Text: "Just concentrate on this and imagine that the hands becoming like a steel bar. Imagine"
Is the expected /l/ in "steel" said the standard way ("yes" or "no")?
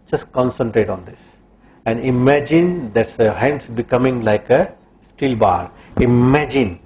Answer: yes